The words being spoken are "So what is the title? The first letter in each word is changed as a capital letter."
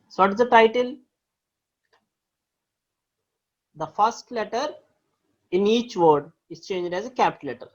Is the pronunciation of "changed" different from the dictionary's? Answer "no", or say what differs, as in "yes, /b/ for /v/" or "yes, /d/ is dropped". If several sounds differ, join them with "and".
no